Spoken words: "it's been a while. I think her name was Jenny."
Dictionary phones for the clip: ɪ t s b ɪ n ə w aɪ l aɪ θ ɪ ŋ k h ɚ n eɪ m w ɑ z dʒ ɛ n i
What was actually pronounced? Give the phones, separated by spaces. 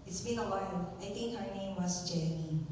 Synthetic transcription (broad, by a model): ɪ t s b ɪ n ə w aɪ l aɪ t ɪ ŋ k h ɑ n eɪ m w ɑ s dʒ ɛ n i